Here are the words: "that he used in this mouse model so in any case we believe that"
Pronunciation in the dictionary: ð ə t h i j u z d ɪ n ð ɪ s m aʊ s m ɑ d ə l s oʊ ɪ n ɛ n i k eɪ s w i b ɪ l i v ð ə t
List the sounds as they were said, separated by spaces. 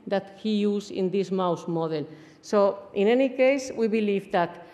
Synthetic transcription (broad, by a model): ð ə t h i j u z ɪ n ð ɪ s m aʊ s m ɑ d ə l s oʊ ɪ n ɛ n i k eɪ s w i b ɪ l i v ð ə t